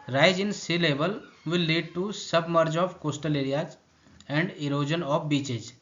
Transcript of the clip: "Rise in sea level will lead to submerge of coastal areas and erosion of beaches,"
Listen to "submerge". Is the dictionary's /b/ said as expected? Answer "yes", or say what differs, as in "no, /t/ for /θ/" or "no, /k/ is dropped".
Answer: yes